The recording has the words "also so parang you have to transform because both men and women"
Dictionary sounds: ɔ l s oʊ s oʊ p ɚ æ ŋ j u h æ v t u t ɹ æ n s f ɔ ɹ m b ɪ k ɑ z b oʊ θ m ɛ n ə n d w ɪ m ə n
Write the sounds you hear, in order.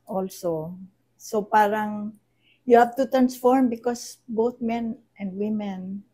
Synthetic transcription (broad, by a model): ɔ l s oʊ s oʊ p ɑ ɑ ŋ j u h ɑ p t u t ɹ æ n s f ɔ ɹ m b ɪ k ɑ s b oʊ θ m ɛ n ə n d w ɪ m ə n